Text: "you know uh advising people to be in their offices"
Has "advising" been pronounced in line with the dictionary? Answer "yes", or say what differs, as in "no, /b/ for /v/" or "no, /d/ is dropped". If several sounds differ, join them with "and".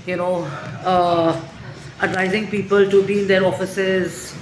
yes